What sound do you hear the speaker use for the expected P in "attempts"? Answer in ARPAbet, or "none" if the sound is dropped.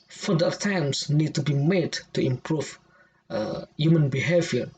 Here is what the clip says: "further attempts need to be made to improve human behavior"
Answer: none